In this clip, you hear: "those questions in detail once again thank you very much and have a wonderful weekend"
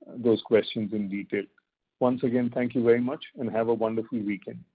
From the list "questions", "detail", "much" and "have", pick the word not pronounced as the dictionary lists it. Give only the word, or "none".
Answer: none